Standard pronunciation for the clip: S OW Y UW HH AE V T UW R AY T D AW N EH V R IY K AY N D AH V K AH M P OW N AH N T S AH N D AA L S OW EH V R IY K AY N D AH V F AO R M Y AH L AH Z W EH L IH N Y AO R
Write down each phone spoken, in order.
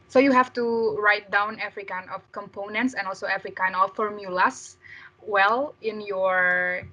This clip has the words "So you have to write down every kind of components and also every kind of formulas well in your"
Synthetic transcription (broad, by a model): S OW Y UW HH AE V T UW R AY T D AW N EH V R IY K AY N D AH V K AH M P OW N AH N T S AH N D AA L S OW EH V R IY K AY N D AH F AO R M Y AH L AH S W EH L IH N Y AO R